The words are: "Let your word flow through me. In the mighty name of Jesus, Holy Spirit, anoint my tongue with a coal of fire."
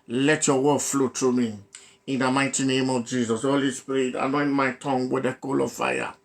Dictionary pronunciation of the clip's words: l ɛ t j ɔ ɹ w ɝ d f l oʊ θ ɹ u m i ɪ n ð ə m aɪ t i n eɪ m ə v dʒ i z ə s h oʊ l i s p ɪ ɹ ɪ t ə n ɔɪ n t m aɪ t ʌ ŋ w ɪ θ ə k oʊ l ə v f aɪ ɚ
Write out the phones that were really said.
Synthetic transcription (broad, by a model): l ɛ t j ɔ w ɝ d f l oʊ t ɹ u m i ɪ n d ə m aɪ t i n eɪ m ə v dʒ i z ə s h oʊ l i s p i ɹ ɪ t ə n ɔɪ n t m aɪ t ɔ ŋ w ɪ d ə k oʊ l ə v f aɪ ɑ